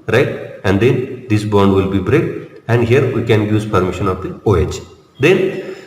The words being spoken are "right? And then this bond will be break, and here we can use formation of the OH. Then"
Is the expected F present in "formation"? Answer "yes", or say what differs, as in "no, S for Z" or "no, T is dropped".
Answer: no, P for F